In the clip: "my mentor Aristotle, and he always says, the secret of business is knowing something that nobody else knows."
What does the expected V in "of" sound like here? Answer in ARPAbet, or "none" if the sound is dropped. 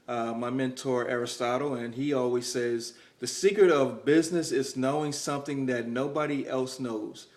V